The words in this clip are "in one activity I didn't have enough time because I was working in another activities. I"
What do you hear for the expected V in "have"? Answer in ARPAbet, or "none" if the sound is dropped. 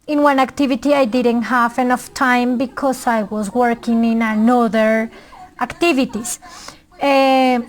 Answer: F